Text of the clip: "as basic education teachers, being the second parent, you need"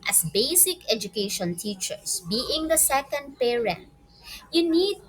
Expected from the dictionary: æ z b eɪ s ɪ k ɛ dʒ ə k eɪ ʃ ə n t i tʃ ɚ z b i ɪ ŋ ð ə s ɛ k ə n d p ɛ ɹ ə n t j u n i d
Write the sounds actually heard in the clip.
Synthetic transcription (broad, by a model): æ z b eɪ s ɪ k ɛ dʒ ə k eɪ ʃ ə n t i tʃ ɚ s b i ɪ ŋ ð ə s ɛ k ə n d p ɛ ɹ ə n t j u n i d